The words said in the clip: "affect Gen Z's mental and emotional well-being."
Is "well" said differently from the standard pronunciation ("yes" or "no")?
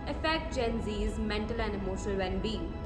yes